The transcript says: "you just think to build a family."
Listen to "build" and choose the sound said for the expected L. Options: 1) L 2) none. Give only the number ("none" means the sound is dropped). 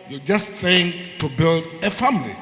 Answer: 1